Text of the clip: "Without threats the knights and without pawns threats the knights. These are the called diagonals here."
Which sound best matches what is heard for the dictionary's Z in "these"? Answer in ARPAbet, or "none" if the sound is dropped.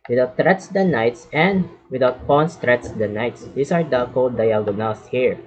S